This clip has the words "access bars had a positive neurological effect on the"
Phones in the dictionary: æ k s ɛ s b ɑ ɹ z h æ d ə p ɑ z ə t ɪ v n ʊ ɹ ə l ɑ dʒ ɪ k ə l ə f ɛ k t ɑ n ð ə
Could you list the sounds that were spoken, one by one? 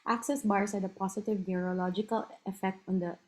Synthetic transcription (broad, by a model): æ k s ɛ s b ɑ ɹ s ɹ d ə p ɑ s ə t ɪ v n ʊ ɹ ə l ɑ dʒ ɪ k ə l ə f ɛ k t ɑ n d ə